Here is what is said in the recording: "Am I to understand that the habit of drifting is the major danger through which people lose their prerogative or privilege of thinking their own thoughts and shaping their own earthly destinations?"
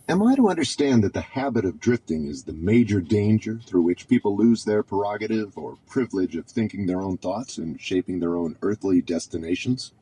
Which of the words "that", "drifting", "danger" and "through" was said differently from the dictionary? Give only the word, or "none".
none